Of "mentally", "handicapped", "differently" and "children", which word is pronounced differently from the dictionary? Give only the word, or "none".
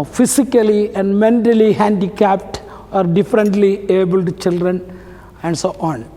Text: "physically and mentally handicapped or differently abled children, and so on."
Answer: none